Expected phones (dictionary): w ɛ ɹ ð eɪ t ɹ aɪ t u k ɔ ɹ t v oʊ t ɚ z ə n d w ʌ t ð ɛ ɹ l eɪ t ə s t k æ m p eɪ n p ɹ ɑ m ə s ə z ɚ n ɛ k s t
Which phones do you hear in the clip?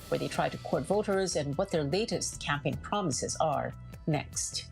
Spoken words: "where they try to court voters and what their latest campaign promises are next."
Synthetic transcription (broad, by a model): w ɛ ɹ ð eɪ t ɹ aɪ t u k ɔ ɹ t v oʊ t ɚ z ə n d w ʌ t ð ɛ ɹ l eɪ t ə s t k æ m p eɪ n p ɹ ɑ m ə s ə z ɚ n ɛ k s t